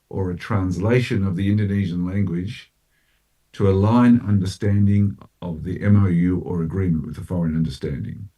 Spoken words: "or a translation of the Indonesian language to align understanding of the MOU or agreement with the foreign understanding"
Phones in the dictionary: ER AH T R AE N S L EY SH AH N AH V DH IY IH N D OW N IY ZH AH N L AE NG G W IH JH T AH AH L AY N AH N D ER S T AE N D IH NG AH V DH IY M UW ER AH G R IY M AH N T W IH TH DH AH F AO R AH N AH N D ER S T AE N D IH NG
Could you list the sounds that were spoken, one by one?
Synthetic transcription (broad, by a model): ER AH T R AE N S L EY SH AH N AH V DH IY IH N D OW N IY ZH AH N L AE NG G W IH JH T AH AH L AY N AH N D ER S T AE N D IH NG AH V DH IY M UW ER AH G R IY M AH N T W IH DH AH F AO R AH N AH N D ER S T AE N D IH NG